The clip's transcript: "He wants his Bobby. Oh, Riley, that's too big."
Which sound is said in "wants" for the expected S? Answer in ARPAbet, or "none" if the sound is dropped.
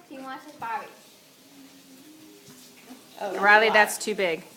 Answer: none